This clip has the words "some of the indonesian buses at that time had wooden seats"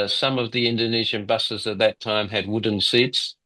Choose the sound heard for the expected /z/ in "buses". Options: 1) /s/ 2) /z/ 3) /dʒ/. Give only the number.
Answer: 2